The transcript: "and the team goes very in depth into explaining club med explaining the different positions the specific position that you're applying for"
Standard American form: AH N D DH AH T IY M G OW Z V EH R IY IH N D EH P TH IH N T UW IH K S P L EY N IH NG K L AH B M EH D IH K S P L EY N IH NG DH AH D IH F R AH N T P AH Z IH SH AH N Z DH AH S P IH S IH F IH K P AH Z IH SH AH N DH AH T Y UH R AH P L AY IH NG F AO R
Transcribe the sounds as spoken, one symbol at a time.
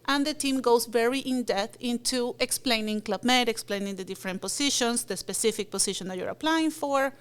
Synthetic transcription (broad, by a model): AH N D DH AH T IY M G OW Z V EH R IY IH N D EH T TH IH N T UW IH K S P L EY N IH NG K L AH B M EH D IH K S P L EY N IH NG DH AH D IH F R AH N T P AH S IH SH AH N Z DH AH S P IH S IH F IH K P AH S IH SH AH N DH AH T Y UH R AH P L AY IH NG F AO R